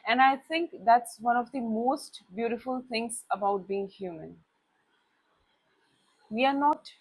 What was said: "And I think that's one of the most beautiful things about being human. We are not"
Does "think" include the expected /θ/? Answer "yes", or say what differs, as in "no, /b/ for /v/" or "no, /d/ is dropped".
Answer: no, /t/ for /θ/